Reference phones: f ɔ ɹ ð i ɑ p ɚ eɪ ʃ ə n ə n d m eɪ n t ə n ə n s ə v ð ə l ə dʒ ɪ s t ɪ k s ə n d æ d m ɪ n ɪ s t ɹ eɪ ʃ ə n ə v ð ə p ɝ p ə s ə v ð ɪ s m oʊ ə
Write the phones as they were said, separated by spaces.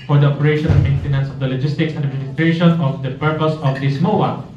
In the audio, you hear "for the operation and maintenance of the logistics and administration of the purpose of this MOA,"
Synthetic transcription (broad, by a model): f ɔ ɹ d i ɑ p ɚ eɪ ʃ ə n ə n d m eɪ n t ə n ə n s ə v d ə l ə dʒ ɪ s t ɪ k s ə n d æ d ɪ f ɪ t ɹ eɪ ʃ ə n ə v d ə p ɝ p ə s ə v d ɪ s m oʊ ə